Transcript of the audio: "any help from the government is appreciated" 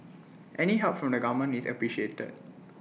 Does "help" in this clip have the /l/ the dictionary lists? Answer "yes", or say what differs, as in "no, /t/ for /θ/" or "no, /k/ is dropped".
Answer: no, /l/ is dropped